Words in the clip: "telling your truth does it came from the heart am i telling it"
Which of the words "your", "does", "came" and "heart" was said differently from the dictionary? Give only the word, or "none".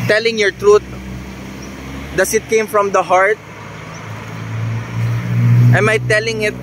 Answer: does